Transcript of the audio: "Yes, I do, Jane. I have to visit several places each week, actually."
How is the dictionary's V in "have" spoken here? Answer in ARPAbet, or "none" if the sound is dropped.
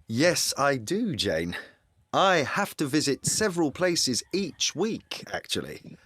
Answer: F